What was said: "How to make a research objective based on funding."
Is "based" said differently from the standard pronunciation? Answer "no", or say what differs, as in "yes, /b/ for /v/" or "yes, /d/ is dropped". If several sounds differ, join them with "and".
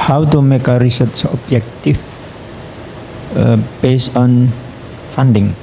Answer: yes, /t/ is dropped